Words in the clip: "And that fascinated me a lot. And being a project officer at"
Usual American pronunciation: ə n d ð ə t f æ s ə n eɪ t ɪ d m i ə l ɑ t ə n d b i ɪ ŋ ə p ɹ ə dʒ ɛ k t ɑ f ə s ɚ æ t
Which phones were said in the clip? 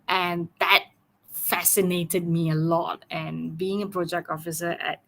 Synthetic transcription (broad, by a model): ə n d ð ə t f æ s ə n eɪ t ɪ d m i ə l ɑ t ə n b i ɪ ŋ ə p ɹ ə dʒ ɛ k t ɑ f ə s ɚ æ t